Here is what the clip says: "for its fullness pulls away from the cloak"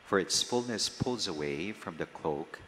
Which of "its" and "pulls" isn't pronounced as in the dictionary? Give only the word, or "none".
none